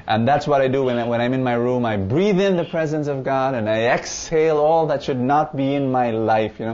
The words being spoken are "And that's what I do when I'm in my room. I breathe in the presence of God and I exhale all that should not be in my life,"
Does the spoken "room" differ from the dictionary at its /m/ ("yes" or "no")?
no